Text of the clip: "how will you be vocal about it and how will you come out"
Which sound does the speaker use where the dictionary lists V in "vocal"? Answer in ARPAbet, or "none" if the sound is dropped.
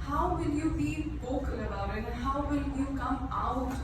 B